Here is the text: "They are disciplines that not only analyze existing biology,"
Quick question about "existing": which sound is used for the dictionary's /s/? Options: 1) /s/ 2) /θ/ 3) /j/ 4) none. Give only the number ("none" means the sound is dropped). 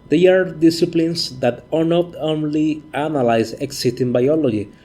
4